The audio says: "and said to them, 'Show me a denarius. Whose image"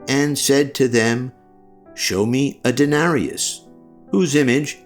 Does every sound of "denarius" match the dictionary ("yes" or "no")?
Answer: yes